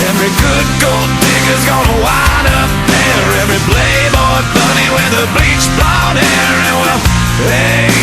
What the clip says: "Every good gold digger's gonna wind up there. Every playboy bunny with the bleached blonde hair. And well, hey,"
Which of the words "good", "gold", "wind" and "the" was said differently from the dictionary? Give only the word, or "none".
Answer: wind